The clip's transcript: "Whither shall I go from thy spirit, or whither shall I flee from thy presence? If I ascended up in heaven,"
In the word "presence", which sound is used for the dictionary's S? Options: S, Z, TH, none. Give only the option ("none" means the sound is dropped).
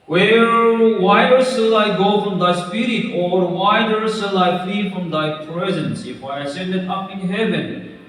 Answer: S